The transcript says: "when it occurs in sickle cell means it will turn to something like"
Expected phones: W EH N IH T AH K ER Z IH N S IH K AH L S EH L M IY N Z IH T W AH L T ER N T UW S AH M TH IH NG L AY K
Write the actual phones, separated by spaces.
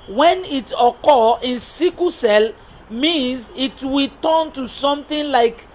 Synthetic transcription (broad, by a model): W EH N IH T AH K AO IH N S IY K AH S EH L M IY N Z IH T W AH T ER N T UW S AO M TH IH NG L AY K